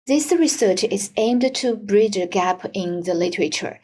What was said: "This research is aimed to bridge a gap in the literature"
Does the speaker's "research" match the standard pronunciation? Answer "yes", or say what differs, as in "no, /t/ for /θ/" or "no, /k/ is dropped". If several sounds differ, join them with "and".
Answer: yes